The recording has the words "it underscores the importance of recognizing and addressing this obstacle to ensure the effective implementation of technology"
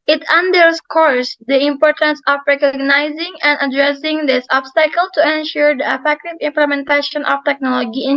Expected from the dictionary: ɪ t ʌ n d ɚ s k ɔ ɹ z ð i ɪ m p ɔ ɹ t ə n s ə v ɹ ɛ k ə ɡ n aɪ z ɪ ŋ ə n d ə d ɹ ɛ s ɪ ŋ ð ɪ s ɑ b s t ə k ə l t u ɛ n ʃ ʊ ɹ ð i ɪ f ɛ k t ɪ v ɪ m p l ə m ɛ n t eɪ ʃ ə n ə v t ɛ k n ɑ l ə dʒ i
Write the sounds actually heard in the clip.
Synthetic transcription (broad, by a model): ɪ t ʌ n d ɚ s k ɔ ɹ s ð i ɪ m p ɔ ɹ t ə n s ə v ɹ ɛ k ə ɡ n aɪ z ɪ ŋ ə n d ə d ɹ ɛ s ɪ ŋ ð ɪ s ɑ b s t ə k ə l t u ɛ n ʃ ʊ ɹ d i ɪ f ɛ k t ɪ v ɪ m p l ə m ɛ n t eɪ ʃ ə n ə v t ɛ k n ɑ l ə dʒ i